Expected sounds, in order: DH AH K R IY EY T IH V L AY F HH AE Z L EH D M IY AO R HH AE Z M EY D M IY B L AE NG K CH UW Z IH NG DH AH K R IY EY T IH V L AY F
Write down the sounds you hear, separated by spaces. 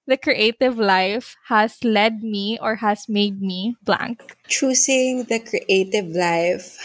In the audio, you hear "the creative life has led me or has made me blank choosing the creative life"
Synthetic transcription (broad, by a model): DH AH K R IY EY T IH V L AY F HH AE S L EH D M IY AO R HH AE S M EY D M IY B L AE NG K CH UW S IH NG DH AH K R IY EY T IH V L AY F